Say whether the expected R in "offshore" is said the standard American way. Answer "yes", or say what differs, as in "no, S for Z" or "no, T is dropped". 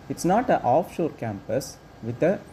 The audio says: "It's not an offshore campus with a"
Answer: yes